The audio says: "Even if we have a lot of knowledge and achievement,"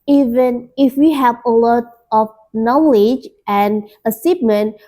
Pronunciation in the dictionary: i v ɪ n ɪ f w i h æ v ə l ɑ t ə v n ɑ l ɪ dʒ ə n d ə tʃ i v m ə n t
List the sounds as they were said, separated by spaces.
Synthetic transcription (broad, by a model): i v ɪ n ɪ f w i h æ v ə l ɑ t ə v n ɑ l ɪ dʒ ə n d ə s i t m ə n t